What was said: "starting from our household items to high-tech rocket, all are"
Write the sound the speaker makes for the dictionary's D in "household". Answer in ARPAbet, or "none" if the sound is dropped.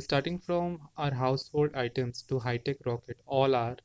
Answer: D